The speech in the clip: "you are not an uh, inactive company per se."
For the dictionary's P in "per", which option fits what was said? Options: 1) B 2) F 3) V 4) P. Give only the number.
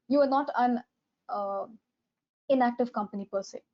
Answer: 4